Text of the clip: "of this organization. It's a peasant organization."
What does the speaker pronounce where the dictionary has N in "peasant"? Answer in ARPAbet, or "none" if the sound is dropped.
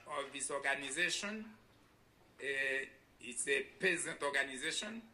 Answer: none